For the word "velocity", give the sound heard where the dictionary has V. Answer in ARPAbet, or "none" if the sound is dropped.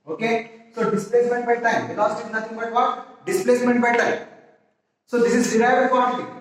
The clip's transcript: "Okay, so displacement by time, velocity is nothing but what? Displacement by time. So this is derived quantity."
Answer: B